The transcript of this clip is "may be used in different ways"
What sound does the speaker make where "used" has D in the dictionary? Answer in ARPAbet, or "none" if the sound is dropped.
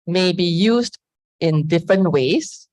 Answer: D